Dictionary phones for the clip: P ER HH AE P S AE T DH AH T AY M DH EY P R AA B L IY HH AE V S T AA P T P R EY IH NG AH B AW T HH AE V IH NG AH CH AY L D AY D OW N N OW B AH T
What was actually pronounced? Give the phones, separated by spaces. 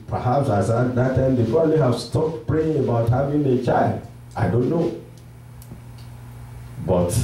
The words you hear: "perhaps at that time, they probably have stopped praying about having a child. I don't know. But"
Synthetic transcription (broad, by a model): P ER HH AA P S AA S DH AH T AY M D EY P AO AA L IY HH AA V S T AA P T P R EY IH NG AH B AW T HH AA V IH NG AH CH AY L D AY D OW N N OW B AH T